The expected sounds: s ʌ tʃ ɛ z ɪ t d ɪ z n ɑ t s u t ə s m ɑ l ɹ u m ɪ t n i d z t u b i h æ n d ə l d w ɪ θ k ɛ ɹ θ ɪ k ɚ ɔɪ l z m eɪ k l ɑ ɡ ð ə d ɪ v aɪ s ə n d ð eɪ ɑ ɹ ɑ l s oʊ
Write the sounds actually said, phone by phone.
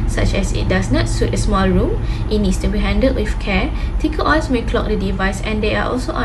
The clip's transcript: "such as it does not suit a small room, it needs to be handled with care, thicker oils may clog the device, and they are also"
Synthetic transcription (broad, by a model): s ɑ tʃ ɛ s ɪ t d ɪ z n ɑ t s u t ə s m ɑ l ɹ u m ɪ t n i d s t u b i h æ n d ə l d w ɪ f k ɛ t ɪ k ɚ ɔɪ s m eɪ k l ɑ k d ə d ɪ v aɪ s ə n d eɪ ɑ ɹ ɑ l s oʊ